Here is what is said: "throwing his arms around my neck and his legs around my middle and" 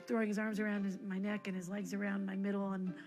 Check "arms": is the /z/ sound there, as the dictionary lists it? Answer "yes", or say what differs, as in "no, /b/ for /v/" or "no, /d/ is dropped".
yes